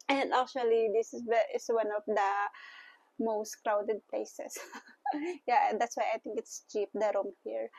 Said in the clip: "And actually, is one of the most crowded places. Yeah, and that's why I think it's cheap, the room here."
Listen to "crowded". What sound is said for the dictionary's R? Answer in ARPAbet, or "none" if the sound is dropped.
R